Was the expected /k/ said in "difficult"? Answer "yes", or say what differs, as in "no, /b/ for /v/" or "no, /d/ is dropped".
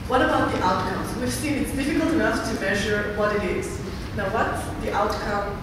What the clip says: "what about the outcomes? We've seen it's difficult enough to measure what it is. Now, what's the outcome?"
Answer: yes